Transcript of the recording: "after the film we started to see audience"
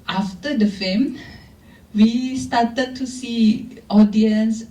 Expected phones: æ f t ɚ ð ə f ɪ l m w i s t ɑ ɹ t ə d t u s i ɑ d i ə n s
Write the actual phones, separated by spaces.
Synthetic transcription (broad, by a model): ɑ f t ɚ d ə f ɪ m w i s t ɑ t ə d t u s i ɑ d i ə n s